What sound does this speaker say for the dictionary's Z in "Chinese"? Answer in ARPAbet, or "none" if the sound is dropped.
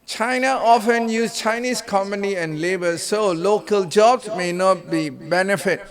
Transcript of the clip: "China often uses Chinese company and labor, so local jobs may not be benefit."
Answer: S